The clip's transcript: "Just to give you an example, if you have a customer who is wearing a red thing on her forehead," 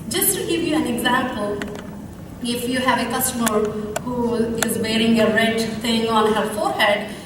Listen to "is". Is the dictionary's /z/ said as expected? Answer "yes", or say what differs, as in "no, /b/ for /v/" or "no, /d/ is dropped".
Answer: yes